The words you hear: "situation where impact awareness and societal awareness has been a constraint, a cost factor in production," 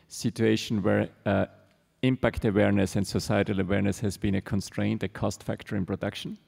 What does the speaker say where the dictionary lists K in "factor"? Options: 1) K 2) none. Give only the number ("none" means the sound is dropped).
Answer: 1